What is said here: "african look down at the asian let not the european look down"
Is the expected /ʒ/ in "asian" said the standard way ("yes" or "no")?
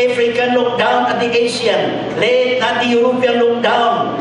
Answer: no